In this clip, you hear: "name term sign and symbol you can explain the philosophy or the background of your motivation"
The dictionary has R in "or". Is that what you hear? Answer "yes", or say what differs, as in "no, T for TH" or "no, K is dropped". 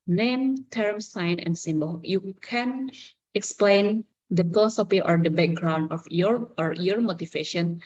yes